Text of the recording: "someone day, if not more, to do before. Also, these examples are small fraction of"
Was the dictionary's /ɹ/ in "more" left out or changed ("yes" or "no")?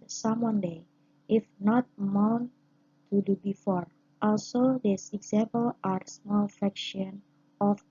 yes